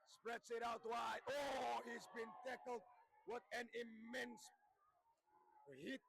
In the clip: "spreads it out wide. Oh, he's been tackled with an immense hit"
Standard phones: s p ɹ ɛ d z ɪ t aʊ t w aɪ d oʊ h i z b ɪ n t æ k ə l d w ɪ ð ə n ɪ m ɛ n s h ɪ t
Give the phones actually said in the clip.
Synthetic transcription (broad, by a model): s p ɹ ɛ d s ɪ t aʊ t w aɪ oʊ h i z b ɪ n t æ k l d w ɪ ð ə n ɪ m ɛ n s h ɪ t